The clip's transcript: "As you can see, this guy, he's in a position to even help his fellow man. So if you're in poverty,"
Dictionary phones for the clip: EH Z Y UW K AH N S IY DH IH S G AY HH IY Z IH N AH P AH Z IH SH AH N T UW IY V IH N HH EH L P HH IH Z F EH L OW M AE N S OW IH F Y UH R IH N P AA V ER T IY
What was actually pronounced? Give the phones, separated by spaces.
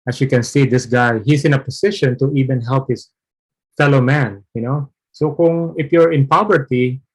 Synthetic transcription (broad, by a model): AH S Y UW K AH N S IY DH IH S G AY HH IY S IH N AH P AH S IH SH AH N T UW IY V IH N HH EH L P HH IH S F EH L OW M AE N S OW IH F Y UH R IH N P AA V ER T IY